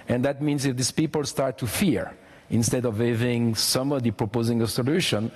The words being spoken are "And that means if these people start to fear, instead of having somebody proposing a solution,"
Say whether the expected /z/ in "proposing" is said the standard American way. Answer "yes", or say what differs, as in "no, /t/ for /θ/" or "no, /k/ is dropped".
yes